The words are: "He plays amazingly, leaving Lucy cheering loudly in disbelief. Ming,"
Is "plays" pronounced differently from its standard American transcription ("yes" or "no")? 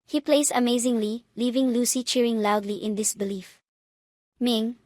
yes